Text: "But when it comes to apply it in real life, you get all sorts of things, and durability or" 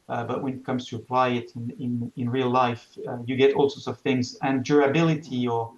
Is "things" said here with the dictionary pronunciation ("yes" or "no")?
yes